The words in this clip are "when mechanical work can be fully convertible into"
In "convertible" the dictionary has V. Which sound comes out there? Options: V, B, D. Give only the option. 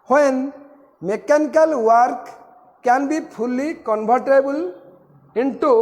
B